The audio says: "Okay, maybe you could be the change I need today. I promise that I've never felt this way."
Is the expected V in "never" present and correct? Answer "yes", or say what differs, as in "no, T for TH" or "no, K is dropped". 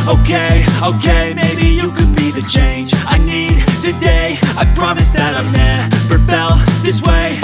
no, P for V